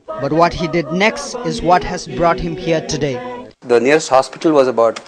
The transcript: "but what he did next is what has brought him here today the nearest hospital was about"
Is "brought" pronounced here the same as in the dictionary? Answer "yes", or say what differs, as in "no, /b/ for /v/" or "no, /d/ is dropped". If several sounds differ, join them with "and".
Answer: yes